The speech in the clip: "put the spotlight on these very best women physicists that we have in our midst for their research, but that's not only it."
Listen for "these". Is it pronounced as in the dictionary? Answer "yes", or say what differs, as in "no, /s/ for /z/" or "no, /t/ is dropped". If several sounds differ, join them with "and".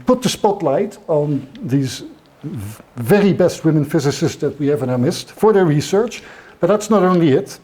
yes